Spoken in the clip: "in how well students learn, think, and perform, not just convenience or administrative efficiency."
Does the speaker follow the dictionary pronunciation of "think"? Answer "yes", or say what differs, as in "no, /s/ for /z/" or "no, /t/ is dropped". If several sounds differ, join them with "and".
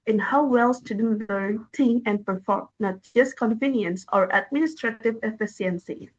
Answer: no, /k/ is dropped